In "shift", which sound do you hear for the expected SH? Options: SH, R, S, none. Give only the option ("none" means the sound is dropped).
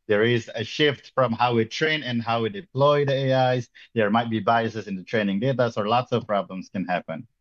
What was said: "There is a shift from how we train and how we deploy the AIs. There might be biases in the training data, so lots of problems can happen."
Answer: SH